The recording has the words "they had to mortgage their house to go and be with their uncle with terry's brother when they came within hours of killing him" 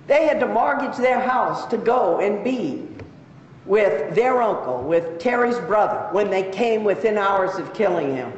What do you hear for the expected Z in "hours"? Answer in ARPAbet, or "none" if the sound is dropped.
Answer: Z